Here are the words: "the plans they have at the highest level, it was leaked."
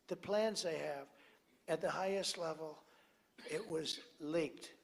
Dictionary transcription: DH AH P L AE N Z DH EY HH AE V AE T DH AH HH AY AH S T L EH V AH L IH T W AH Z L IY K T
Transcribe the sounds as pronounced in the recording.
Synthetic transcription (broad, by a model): DH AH P L AE N Z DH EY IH V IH T DH AH HH AY AH S T L EH V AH L IH T W AH Z L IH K T